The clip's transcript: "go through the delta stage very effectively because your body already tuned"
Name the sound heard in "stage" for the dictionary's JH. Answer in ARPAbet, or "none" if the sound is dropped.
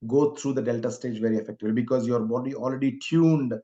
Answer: JH